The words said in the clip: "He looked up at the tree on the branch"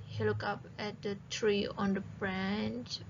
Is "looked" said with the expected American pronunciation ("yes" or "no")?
no